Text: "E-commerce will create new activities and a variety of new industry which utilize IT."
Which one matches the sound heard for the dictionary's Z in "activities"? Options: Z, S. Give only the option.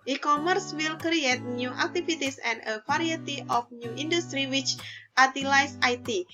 S